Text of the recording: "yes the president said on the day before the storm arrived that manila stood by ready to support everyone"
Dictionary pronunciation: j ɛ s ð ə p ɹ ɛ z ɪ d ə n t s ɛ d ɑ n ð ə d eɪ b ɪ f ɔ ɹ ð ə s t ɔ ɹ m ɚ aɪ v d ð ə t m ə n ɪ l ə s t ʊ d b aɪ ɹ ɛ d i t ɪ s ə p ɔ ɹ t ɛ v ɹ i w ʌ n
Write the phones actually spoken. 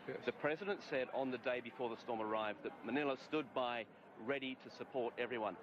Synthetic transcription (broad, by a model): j ð ə p ɹ ɛ z ɪ d ə n t s ɛ d n ð ə d eɪ b ɪ f ɔ ɹ ð ə s t ɔ ɹ m ɚ aɪ v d ð ə t m ə n ɪ l ə s t ʊ d b aɪ ɹ ɛ d i t ɪ s ə p ɔ ɹ t ɛ v ɹ i w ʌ n